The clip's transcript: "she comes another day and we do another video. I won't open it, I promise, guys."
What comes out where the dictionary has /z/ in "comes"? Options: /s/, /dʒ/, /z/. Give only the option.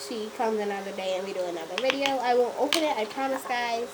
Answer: /z/